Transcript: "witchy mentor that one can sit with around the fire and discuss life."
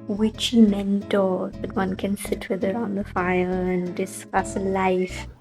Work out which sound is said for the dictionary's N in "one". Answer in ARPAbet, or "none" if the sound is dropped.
N